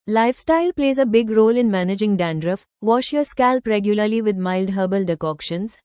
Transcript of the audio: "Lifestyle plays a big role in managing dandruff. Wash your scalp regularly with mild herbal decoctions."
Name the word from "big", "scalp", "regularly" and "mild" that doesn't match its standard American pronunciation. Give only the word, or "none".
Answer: none